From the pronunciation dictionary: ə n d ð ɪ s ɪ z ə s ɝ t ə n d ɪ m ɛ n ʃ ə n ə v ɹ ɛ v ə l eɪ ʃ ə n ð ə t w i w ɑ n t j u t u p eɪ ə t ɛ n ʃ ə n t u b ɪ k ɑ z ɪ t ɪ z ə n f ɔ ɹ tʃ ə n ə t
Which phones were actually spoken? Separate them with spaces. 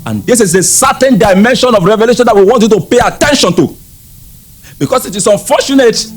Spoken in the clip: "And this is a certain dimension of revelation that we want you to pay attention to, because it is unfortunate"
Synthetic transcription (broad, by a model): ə n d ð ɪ s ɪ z ə s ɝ t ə n d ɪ m ɛ n ʃ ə n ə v ɹ ɛ v ə l eɪ ʃ ə n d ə t w i w ɑ n t j u t u p eɪ ə t ɛ n ʃ ə n t u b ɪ k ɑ s ɪ t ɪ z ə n f ɔ tʃ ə n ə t